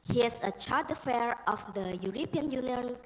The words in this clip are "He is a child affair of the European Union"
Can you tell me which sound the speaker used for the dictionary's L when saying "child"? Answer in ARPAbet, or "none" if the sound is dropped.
none